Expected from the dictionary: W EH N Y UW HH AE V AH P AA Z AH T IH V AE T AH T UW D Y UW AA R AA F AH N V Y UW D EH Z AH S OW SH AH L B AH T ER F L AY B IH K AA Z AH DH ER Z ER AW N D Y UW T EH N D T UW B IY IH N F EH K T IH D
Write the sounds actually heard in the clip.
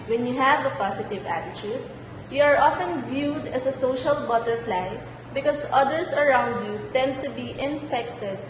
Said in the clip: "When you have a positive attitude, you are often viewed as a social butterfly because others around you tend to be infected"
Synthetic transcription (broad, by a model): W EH N Y UW HH AE V AH P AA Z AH T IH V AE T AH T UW D Y UW AA R AA F AH N V Y UW D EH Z AH S OW SH AH L B AH T ER F L AY B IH K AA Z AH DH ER S ER AW N D Y UW T EH N D T UW B IY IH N F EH K T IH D